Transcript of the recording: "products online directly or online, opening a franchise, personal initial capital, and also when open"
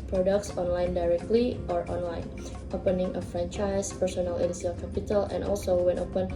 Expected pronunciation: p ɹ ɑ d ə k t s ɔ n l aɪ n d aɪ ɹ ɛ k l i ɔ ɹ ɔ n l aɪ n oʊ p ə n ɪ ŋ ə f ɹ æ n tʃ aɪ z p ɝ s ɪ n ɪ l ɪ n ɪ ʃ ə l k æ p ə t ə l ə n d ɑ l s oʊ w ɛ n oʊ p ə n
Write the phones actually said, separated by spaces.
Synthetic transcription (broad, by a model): p ɹ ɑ d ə k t s ɔ n l aɪ n d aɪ ɹ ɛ k l i ɔ ɹ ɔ n l aɪ n oʊ p ə n ɪ ŋ ə f ɹ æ n tʃ aɪ s p ɝ s ɪ n ɪ l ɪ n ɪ s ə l k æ p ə t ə l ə n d ɑ l s oʊ w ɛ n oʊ p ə n